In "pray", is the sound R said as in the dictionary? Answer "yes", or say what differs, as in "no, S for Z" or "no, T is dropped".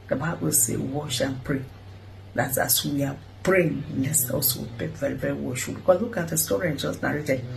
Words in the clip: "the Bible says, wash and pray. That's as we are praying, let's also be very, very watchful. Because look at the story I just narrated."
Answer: yes